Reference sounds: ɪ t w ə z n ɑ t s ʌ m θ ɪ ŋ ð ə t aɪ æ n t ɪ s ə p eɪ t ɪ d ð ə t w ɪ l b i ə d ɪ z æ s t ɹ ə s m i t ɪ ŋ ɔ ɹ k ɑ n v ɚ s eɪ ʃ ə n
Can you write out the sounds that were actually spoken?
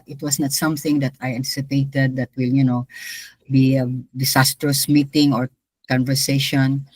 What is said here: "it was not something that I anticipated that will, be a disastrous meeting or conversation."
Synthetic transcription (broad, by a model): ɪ t w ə s n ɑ t s ʌ m θ ɪ ŋ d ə t aɪ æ n t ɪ s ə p eɪ t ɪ d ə t w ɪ l b i ə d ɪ s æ s t ɹ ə s m i t ɪ ŋ ɔ ɹ k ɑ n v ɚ s eɪ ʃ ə n